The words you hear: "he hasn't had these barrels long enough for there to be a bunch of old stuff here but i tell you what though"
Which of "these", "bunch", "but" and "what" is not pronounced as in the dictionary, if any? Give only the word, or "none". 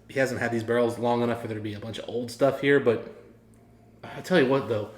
none